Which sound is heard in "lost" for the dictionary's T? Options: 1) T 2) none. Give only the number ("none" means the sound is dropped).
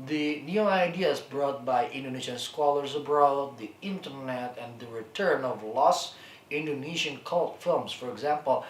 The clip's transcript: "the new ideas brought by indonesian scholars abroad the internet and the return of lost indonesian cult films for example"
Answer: 2